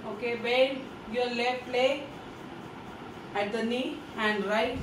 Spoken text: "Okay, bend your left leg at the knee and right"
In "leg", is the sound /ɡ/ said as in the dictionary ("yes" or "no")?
no